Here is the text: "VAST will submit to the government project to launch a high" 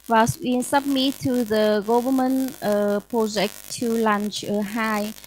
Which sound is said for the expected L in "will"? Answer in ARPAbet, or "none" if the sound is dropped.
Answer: N